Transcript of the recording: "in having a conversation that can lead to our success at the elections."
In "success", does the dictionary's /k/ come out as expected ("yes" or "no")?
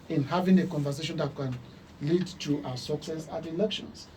yes